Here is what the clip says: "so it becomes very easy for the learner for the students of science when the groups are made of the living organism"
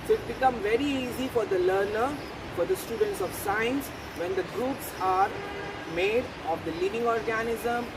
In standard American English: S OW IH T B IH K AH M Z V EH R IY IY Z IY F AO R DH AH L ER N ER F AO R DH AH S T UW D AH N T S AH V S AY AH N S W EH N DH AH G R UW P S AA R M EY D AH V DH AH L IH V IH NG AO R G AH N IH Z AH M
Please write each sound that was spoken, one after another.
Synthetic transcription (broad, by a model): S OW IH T B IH K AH M V EH R IY IY Z IY F AO R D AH L ER N ER F AO R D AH S T UW D AH N T S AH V S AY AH N S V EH N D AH G R UW P S AA R M EY D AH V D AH L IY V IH NG AO R G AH N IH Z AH M